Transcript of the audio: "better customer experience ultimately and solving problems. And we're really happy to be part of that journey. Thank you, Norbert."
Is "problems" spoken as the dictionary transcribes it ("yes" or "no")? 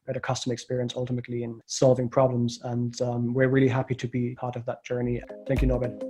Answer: yes